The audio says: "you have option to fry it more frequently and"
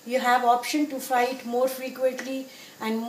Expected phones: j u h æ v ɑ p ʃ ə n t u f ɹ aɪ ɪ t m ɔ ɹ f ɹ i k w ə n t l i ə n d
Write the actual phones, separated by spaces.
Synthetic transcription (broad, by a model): j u h æ v ɑ p ʃ ə n t u f aɪ ɪ t m ɔ ɹ f ɹ i k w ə n t l i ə n d